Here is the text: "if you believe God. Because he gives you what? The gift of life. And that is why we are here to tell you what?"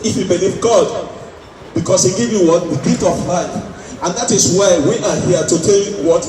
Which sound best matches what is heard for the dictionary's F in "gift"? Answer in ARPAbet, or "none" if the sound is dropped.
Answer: none